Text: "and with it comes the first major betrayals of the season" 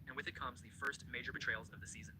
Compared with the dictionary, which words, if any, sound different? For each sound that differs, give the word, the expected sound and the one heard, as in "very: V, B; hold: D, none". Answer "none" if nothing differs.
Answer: none